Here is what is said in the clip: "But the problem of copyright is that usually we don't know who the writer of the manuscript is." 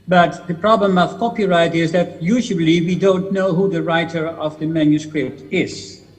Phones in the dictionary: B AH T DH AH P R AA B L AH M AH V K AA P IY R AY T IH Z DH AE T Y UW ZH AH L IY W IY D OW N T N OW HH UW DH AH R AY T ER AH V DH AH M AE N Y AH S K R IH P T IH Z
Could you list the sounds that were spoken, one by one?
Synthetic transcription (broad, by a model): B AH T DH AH P R AA B L AH M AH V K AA P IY R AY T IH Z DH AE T Y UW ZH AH L IY W IY D OW N T N OW HH UW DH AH R AY T ER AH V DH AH M AE N Y AH S K R IH P T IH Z